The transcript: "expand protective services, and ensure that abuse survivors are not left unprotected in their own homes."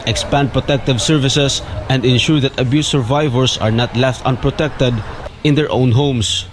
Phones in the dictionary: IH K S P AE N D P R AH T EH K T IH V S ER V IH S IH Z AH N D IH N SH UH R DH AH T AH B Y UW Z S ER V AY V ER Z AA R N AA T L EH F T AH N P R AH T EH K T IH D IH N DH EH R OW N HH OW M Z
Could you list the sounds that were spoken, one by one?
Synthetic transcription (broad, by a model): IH K S P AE N D P R AH T EH K T IH V S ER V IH S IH S AH N D IH N SH UH R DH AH T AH B Y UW S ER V AY V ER S AA R N AA T L EH F T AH N P R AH T EH K T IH D IH N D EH R OW N HH OW M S